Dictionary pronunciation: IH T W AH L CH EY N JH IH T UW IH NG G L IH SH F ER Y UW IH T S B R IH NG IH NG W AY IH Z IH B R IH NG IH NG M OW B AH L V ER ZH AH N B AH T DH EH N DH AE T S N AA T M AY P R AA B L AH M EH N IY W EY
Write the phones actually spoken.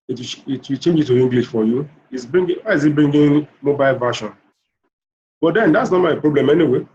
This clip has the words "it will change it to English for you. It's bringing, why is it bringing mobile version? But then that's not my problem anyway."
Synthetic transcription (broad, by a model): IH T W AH W CH EY N JH IH T UW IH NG G L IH SH F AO Y UW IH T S B R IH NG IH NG W AY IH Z IH B R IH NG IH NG M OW B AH L V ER SH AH N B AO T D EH N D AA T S N AA T M AY P R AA B L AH M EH N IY W EY